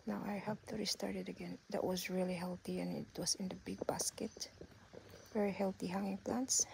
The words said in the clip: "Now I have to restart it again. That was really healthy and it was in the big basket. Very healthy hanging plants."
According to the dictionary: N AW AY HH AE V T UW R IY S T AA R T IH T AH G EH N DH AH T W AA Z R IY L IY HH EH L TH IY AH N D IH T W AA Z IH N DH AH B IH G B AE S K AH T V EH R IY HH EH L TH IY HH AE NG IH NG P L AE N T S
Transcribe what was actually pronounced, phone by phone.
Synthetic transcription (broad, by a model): N AW AY HH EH P T UW R IY S T AA R T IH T AH G EH N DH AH T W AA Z R IY L IY HH EH L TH IY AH N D IH T W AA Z IH N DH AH B IH G B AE S K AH T V EH R IY HH EH L T IY HH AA NG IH NG P L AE N T S